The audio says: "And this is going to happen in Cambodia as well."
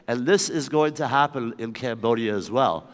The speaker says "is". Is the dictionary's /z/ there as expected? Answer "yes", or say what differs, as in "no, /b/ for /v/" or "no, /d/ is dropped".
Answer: yes